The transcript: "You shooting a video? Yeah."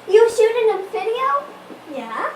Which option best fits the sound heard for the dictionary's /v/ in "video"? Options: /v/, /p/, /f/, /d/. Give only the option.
/f/